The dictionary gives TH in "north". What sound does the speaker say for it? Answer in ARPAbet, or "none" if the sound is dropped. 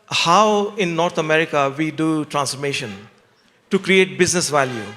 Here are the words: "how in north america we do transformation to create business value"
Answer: T